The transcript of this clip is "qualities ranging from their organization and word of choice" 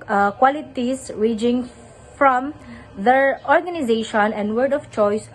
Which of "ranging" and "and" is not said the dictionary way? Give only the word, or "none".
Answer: ranging